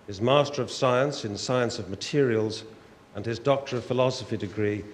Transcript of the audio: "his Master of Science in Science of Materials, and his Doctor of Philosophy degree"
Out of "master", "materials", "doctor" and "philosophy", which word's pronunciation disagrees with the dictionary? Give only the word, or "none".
none